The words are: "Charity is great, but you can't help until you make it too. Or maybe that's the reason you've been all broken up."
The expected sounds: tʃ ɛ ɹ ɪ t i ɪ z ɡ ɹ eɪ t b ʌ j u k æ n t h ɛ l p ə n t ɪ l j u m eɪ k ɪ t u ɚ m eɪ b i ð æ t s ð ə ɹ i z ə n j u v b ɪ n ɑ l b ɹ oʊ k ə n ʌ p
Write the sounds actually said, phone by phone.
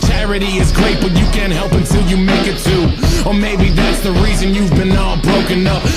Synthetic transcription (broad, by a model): tʃ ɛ ɹ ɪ t i ɪ z ɡ ɹ eɪ t b ʌ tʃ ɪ k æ n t h ɛ l p ə n t ɪ l j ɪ m eɪ k ɪ t u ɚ m eɪ b i ð æ t s ð ə ɹ i z ə n j u v b ɪ n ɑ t b ɹ oʊ k ə n ʌ p